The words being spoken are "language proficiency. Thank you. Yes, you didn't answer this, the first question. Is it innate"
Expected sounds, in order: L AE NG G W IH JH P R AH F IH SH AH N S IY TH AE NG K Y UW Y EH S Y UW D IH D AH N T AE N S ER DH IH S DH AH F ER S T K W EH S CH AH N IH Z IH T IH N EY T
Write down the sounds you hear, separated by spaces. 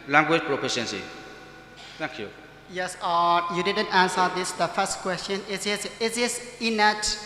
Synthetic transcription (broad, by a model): L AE NG G W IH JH P R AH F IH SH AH N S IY T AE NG K Y UW Y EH S Y UW D IH D AH N T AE N S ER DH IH S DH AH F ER S T K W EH S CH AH N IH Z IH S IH N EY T